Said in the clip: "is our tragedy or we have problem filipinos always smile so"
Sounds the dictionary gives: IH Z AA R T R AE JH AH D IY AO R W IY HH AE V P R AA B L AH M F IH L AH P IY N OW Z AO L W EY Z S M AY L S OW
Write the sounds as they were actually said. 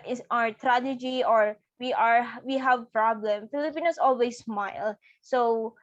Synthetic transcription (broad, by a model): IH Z AA R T R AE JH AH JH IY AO R W IY HH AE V P R AA B L AH M F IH L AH P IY N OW S AO L W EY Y S M AY L S OW